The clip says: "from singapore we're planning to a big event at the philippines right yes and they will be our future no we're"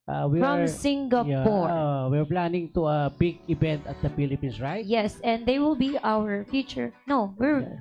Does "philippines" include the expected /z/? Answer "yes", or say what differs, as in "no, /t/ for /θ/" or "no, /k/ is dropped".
no, /s/ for /z/